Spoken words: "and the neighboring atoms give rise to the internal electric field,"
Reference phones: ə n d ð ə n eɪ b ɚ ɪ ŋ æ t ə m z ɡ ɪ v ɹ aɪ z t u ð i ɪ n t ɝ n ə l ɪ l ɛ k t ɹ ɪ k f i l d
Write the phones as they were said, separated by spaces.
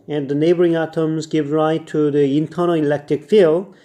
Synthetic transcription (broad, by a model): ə n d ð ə n eɪ b ɚ ɪ ŋ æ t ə m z ɡ ɪ v ɹ aɪ t u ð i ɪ n t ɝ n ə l ɪ l ɛ k t ɹ ɪ k f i l